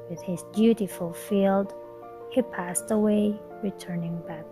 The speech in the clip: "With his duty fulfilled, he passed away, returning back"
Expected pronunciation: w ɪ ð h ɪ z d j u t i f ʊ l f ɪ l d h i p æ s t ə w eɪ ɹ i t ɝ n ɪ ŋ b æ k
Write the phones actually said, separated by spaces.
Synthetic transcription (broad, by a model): w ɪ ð h ɪ z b j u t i f l f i l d h i p æ s t ə w eɪ ɹ i t ɝ n ɪ ŋ b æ k